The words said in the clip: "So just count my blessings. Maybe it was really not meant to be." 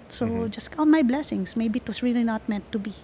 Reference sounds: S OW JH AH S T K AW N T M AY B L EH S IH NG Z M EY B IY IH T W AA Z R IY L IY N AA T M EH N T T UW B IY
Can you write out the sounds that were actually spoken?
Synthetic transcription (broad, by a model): S OW JH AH S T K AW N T M AY B L EH S IH NG S M EY B IY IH T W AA S R IY L IY N AA T M EH N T T UW B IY